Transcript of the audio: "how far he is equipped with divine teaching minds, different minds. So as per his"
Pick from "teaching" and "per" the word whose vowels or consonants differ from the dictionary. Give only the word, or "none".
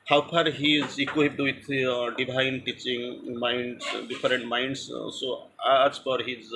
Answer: per